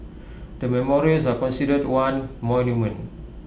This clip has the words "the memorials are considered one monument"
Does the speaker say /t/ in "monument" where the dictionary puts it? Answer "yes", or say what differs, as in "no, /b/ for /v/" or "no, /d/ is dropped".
no, /t/ is dropped